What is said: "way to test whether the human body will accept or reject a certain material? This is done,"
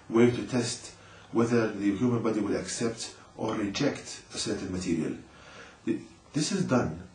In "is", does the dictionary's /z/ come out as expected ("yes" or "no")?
yes